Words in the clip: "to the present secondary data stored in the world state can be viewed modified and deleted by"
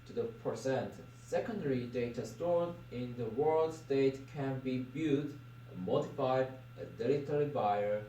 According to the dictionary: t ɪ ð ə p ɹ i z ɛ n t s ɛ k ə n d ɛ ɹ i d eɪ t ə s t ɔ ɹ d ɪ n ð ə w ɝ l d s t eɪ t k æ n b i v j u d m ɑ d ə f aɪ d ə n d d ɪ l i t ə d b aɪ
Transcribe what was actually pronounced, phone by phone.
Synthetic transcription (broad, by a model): t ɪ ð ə p ɹ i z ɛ n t s ɛ k ə n d ɛ ɹ i d eɪ t ə s t ɔ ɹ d ɪ n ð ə w ɝ l d s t eɪ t k æ n b i b j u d m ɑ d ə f aɪ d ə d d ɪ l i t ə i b aɪ